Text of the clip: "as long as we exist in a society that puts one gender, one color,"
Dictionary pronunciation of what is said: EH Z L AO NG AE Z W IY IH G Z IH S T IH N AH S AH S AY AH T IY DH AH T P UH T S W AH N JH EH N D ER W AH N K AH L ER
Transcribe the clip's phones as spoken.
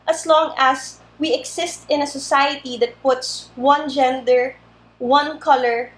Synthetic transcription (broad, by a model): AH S L AO NG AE S W IY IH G S IH S T IH N AH S AH S AY AH T IY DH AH T P UH T S W AH N JH EH N D ER W AH N K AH L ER